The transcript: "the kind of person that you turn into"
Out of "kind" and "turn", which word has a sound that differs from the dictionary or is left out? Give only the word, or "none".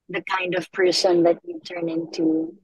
none